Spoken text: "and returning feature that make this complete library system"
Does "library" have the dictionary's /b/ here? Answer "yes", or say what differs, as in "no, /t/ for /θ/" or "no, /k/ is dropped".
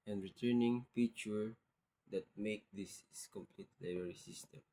no, /b/ is dropped